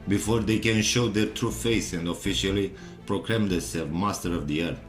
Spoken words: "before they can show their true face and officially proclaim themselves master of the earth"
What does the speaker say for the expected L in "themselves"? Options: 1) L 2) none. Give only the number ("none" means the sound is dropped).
2